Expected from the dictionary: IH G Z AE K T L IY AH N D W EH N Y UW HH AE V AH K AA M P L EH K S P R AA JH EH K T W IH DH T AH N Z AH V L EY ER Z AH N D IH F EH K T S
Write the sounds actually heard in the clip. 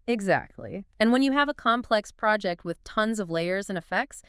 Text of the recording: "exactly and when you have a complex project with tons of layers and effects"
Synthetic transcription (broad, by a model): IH G Z AE K T L IY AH N W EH N Y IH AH V AH K AA M P L EH K S P R AA JH EH K T W IH DH T AH N Z AH V L EY ER Z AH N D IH F EH K T S